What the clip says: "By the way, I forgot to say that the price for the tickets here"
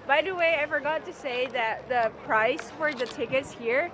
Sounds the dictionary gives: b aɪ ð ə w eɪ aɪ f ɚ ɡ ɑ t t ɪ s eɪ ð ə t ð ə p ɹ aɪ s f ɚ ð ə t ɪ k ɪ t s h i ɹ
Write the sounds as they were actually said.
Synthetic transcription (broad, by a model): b aɪ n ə w eɪ aɪ f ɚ ɡ ɑ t t ɪ s eɪ ð ə t ð ə p ɹ aɪ s f ɚ ð ə t ɪ k ɪ t s h i ɹ